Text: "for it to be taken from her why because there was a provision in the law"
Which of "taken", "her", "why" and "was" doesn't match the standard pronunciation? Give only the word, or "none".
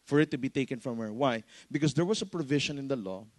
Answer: was